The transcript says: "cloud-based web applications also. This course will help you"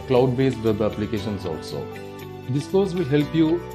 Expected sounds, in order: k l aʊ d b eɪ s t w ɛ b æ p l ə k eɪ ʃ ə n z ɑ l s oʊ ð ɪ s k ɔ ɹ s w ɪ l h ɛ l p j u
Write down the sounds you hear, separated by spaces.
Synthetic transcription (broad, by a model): k l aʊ d b eɪ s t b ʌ æ p l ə k eɪ ʃ ə n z ɑ l s oʊ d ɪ s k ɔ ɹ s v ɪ l h ɛ l p j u